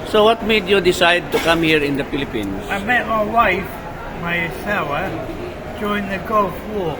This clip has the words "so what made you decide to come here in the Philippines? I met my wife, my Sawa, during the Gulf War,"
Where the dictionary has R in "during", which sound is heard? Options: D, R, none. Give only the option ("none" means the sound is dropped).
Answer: none